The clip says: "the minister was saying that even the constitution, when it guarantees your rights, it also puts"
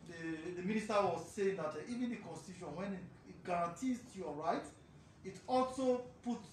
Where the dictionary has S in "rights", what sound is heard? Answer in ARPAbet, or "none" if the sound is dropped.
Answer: none